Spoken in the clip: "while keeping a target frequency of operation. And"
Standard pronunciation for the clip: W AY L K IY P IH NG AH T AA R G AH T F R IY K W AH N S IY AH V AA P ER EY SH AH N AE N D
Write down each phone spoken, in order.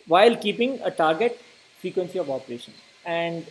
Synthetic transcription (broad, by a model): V AY L K IY P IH NG AH T AA R G AH T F R IY K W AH N S IY AH V AA P ER EY SH AH N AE N D